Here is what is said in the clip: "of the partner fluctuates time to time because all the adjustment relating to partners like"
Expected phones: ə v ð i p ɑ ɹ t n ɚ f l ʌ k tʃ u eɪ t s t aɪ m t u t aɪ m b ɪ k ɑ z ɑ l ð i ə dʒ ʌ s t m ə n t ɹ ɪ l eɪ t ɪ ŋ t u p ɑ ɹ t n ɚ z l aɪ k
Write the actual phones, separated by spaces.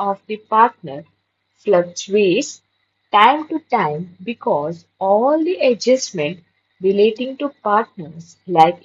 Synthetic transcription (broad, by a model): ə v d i p ɑ ɹ t n ɚ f l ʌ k s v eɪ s t aɪ m t u t aɪ m b ɪ k ɑ z ɑ l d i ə dʒ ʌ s m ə n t ɹ ɪ l eɪ t ɪ ŋ t u p ɑ ɹ t n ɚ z l aɪ k